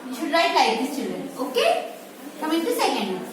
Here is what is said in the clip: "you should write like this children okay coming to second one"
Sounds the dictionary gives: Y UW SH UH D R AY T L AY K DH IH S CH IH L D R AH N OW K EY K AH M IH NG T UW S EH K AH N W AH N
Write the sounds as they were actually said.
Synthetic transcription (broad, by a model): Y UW SH UH D R AY T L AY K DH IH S CH IH L D R AH N OW K EY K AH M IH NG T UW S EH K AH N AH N